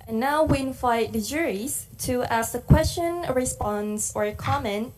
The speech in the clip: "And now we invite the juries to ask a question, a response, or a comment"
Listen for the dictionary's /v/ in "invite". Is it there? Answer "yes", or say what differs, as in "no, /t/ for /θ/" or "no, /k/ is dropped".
no, /f/ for /v/